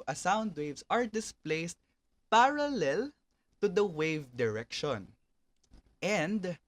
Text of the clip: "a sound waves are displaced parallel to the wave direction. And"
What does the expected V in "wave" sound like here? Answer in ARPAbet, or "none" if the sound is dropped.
V